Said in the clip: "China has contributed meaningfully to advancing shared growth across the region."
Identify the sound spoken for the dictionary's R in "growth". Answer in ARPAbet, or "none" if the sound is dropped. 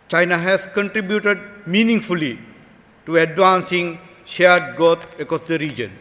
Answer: none